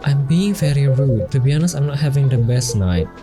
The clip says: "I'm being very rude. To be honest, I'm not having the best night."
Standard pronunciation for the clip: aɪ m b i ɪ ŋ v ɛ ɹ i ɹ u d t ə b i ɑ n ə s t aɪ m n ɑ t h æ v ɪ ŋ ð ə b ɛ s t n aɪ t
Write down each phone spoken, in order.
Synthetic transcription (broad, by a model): aɪ m b i ɪ ŋ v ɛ ɹ i ɹ u d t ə b i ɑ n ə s aɪ m n ɑ t h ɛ v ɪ ŋ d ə b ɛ s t n aɪ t